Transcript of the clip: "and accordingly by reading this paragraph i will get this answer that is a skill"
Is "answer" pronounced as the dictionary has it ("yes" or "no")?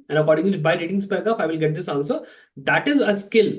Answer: no